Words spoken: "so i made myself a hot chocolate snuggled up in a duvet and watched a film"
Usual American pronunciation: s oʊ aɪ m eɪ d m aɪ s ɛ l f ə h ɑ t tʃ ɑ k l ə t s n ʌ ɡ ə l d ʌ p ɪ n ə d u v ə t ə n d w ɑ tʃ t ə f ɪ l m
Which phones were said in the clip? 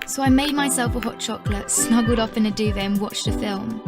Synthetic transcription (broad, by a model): s oʊ aɪ m eɪ d m aɪ s ɛ l f ə h ɑ t tʃ ɑ k l ə t s n ʌ ɡ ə l d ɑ f ɪ n ə d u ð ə ə n w ɑ tʃ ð ə f ɪ l m